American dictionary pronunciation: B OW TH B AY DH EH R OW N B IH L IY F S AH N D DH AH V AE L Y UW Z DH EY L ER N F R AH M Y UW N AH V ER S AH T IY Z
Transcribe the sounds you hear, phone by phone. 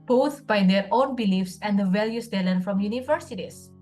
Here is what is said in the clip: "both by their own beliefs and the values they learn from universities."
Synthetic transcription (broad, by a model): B OW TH B AY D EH R OW N B IH L IY F S AH N D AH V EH L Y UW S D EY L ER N F R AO M Y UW N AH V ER S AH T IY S